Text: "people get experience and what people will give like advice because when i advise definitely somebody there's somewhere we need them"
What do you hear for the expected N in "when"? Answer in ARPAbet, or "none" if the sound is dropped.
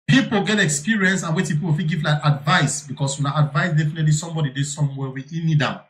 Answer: L